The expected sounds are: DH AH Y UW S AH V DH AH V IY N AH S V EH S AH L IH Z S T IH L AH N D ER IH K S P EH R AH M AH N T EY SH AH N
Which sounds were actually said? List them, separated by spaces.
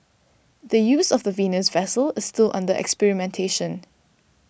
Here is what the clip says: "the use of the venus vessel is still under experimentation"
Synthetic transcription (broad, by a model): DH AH Y UW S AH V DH AH V IY N AH S V EH S AH L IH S T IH L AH N D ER IH K S P EH R AH M AH N T EY SH AH N